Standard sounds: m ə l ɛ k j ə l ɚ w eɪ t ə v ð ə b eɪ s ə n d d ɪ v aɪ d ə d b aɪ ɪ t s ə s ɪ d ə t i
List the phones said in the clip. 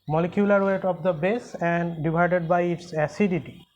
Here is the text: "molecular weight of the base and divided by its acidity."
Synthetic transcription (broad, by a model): m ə l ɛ k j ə l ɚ w eɪ t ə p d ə b eɪ s ə n d d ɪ b aɪ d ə d b aɪ ɪ t s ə s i d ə t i